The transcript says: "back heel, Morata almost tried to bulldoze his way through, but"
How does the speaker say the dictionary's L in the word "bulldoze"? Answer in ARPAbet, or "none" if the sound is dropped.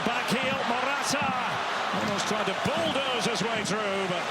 L